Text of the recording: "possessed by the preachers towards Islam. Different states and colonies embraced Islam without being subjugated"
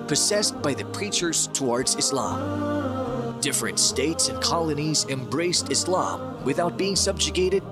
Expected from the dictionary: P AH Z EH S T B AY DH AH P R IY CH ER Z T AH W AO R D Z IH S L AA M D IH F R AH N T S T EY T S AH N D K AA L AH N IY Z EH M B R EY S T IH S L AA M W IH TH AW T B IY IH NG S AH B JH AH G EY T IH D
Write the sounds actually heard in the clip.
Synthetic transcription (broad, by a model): P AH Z EH S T B AY DH AH P R IY CH ER Z T AH W AO R D Z IH S L AA M D IH F R AH N T S T EY T S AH N K AA L AH N IY Z EH M B R EY S T IH S L AA M W IH TH AW T B IY IH NG S AH B JH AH G EY T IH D